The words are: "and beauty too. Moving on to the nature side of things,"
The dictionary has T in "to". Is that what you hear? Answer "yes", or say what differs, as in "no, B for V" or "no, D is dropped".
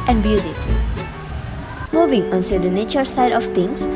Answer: no, S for T